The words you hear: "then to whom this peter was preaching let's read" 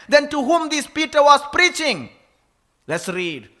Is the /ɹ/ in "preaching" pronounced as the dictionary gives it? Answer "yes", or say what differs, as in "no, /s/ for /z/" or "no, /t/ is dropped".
yes